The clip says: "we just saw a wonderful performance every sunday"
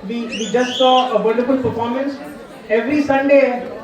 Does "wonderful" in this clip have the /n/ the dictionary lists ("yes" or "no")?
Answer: no